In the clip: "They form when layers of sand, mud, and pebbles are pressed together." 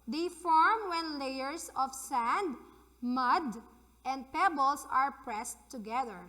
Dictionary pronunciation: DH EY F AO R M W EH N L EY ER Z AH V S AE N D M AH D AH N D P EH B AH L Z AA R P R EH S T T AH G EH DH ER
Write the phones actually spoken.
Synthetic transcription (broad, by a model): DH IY F AO R M W EH N L EY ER S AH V S AE N D M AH D AH N D P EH B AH L S AA R P R EH S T T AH G EH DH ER